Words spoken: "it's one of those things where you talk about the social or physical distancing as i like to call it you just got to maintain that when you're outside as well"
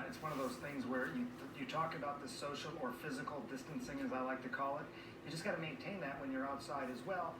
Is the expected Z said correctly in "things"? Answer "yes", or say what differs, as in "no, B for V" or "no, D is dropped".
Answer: yes